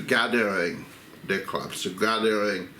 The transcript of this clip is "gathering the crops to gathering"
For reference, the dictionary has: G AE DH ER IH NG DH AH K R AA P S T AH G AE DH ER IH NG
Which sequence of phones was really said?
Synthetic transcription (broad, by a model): G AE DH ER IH NG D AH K L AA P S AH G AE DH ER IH NG